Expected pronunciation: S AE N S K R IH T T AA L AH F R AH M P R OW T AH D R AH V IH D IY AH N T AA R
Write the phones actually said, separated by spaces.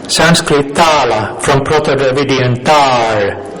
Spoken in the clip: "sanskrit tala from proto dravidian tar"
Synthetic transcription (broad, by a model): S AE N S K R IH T T AA L AH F R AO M P R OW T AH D AH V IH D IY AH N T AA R